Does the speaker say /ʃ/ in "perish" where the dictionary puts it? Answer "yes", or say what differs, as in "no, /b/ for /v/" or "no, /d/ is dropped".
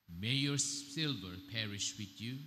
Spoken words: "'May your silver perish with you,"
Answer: yes